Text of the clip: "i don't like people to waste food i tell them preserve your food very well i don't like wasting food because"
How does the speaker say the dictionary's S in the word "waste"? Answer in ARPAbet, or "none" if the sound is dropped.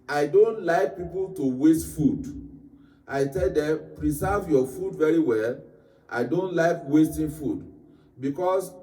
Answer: S